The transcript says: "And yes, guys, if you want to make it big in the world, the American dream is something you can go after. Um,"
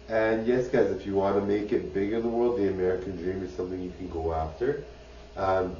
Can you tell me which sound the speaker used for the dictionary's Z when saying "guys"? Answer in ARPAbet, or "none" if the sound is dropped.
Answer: Z